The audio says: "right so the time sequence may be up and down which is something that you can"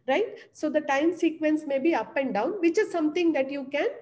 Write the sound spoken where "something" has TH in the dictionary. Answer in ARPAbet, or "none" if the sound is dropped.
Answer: T